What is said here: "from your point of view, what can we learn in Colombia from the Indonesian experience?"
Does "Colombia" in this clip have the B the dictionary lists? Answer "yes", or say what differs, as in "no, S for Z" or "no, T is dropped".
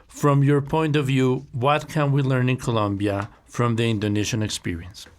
yes